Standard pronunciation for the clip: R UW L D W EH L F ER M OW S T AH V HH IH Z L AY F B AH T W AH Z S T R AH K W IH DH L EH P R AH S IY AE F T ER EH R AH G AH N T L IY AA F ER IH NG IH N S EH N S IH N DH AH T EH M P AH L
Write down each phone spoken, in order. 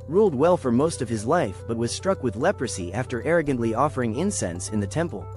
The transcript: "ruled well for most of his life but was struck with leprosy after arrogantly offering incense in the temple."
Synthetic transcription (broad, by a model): R UW L D W EH L F ER M OW S T AH V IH Z L AY F B AH T W AH Z S T R AH K W IH DH L EH P R AH S IY AE F T ER EH R AH G AH N T L IY AA F ER IH NG IH N S EH N S IH N DH AH T EH M P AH L